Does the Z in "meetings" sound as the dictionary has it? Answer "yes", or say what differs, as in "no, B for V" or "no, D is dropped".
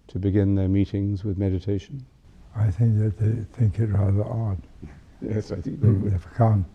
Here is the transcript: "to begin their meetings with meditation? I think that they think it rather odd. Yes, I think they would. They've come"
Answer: yes